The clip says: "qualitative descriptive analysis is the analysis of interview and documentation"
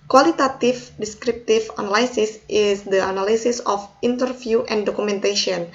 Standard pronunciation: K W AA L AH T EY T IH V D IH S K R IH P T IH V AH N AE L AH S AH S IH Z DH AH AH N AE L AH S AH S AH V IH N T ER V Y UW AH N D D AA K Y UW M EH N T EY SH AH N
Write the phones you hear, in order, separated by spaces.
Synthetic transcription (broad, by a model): K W AA L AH T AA T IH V D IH S K R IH P T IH F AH N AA L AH S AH S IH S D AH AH N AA L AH S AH S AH F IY N T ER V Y UW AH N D D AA K UW M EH N T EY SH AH N